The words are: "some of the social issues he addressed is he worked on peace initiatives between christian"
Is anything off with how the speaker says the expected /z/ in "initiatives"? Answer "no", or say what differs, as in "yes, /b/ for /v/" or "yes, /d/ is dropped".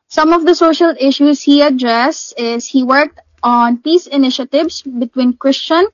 yes, /s/ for /z/